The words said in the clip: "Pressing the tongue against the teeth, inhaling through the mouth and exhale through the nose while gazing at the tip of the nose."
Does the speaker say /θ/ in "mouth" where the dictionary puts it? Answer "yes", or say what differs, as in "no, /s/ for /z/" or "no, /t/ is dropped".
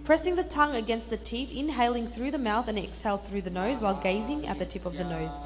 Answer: yes